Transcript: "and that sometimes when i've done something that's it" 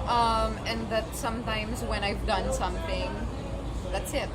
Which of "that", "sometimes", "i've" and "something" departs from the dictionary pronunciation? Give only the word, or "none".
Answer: none